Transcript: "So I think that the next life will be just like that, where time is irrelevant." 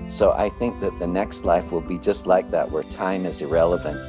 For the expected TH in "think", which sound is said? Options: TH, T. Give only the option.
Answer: TH